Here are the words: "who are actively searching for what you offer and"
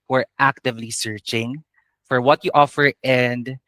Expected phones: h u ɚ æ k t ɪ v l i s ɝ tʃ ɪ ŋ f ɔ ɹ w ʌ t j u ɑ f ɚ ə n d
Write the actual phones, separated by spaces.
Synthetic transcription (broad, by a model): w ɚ æ k t ɪ v l i s ɝ tʃ ɪ ŋ f ɔ ɹ w ʌ t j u ɑ f ɚ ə n d